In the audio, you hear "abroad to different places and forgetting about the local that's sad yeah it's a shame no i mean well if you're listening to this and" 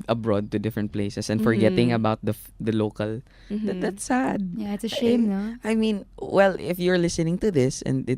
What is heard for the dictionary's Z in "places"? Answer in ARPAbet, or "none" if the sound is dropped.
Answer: S